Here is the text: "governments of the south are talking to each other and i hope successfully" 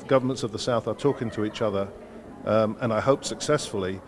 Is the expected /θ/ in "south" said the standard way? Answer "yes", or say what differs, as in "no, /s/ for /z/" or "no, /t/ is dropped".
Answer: yes